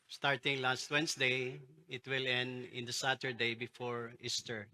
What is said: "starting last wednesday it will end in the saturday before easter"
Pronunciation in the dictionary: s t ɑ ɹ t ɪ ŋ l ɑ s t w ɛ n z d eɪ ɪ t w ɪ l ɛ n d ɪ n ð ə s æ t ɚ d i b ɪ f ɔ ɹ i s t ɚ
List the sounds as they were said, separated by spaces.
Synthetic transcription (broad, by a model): s t ɑ ɹ t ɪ ŋ l ɑ s t w ɛ n s d eɪ ɪ t w ɪ l ɛ n d ɪ n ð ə s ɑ t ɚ d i b ɪ f ɔ ɹ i s t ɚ